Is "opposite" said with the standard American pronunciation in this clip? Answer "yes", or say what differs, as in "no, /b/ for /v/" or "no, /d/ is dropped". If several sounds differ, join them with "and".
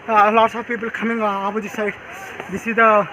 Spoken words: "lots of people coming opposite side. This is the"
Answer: no, /b/ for /p/